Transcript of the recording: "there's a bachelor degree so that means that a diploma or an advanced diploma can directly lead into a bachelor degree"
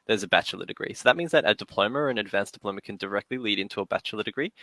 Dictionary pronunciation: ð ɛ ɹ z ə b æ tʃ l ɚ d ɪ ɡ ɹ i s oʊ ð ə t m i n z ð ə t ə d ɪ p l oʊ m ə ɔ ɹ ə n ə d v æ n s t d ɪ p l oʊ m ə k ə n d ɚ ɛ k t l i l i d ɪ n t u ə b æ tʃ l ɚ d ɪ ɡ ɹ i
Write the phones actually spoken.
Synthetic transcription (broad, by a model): ð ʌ ɹ z ə b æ tʃ l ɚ d ɪ ɡ ɹ i s oʊ ð ə t m i n z ð ə t ə d ɪ p l oʊ m ə ɹ ə n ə d v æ n s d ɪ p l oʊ m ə k ə n d ɚ ɛ k t l i l i d ɪ n t u ə b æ tʃ l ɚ d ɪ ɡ ɹ i